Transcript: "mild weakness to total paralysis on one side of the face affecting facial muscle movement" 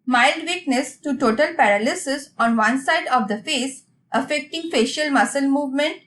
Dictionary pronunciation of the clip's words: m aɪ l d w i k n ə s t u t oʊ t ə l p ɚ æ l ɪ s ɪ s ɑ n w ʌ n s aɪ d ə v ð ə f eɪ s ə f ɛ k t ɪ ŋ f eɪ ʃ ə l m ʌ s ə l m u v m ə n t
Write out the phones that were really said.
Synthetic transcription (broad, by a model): m aɪ l d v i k n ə s t u t oʊ t ə l p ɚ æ l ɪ s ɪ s ɑ n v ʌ n s aɪ d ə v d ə f eɪ s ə f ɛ k t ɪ ŋ f eɪ ʃ ə l m ʌ s ə l m u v m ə n t